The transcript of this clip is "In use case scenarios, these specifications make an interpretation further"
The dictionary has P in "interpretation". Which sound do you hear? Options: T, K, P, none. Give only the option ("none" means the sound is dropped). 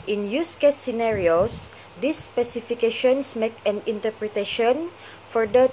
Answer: P